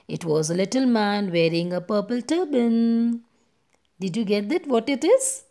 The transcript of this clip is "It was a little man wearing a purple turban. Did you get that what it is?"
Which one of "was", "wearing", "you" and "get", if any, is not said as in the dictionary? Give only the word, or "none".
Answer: none